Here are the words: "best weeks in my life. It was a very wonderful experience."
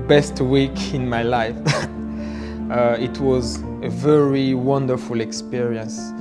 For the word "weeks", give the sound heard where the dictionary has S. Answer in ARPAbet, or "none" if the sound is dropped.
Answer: none